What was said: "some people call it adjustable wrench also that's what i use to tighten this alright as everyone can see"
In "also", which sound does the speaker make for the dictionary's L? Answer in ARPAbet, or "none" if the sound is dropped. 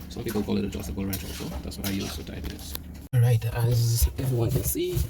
none